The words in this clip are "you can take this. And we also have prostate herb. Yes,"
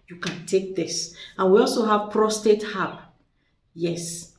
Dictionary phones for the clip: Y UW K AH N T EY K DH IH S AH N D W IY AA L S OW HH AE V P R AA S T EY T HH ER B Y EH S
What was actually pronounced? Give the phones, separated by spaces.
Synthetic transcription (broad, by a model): Y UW K AH N T EY K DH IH S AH N W IY AA L S OW HH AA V P R AA S T EY T HH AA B Y EH S